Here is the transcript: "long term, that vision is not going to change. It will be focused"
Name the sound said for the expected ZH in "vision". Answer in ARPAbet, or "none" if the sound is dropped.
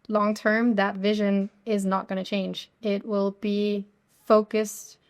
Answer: ZH